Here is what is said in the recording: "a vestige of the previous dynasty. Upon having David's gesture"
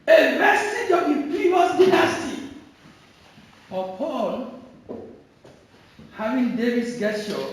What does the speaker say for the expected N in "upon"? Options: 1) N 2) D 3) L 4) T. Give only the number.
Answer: 3